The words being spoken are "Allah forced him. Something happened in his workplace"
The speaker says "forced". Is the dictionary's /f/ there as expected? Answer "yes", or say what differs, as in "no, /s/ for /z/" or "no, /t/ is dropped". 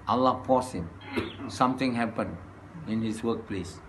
no, /p/ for /f/